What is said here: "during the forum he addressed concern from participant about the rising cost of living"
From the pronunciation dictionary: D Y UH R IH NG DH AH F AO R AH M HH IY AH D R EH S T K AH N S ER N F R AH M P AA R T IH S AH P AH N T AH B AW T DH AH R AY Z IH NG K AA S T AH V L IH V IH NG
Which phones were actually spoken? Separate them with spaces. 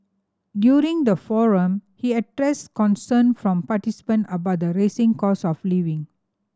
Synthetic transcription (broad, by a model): D Y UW R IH NG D AH F AO R AH M HH IY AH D R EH S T K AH N S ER N F R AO M P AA T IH S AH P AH N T AH B AW T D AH R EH S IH NG K AA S AH F L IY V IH NG